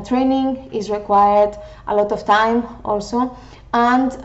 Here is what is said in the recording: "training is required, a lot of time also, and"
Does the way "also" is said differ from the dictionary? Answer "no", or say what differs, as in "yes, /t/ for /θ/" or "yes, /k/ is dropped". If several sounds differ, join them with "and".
no